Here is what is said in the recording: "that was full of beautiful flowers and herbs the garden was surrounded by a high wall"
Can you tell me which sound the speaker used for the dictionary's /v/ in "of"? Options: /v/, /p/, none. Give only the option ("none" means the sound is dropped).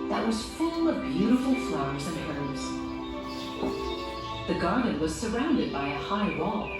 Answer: /v/